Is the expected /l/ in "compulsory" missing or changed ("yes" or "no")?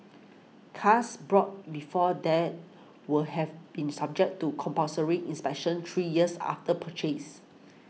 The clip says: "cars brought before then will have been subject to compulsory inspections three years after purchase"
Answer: yes